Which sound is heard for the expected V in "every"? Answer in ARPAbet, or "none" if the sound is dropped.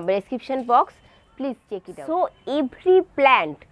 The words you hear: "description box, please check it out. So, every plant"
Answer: B